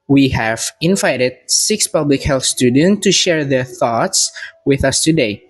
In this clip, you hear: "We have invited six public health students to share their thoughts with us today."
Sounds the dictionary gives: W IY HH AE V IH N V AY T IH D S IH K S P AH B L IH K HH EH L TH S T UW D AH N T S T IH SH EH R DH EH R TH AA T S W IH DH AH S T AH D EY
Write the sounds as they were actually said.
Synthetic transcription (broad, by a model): W IY HH AE V IH N V AY T IH D S IH K S P AH B L IH K HH EH L TH S T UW D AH N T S T IH SH EH R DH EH R TH AA T S W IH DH AH S T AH D EY